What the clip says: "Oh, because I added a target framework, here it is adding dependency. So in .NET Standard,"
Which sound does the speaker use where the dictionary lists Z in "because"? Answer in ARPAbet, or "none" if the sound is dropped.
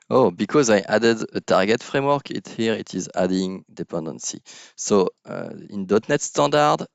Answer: Z